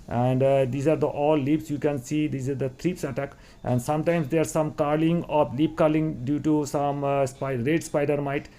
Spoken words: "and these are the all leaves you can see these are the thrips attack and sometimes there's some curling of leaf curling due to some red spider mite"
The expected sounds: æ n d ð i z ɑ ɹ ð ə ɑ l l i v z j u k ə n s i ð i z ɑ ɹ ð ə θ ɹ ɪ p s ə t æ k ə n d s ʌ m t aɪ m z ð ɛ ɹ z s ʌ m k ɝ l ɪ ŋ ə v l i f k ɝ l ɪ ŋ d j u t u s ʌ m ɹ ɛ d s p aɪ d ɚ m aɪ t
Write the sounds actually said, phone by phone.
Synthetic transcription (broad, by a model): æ n d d i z ɑ ɹ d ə ɑ l l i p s j u k ə n s i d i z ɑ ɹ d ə t ɹ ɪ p s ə t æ k ə n d s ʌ m t aɪ m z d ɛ ɹ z s ʌ m k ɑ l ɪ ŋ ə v l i p k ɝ l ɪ ŋ d j u t u s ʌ m ɹ ɛ d s p aɪ d ɚ m aɪ t